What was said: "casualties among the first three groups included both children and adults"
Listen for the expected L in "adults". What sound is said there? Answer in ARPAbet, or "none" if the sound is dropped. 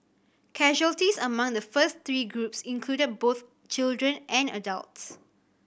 L